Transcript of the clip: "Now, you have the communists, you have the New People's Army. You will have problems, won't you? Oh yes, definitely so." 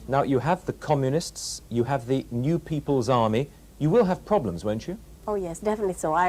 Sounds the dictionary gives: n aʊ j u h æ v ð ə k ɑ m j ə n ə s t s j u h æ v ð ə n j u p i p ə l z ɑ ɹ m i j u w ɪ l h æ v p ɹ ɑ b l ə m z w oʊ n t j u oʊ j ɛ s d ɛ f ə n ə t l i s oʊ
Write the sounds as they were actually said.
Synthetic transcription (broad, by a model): n aʊ j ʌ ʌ v ð ə k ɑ m j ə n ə s t s j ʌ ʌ v ð ə n j u p i p ə l z ɑ ɹ m i j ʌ w ɪ l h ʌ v p ɹ ɑ b l ə m z w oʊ n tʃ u oʊ j ɛ s d ɛ f ə n ə t l i s oʊ